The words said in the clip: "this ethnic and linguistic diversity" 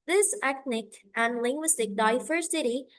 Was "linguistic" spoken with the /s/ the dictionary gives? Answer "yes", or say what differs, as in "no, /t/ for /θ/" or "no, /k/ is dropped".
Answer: yes